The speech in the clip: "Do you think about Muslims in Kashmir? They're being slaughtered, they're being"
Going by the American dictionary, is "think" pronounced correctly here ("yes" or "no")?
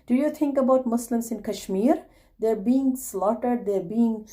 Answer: no